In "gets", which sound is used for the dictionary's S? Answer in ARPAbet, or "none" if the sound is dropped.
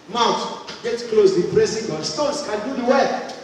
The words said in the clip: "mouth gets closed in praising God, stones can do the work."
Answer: none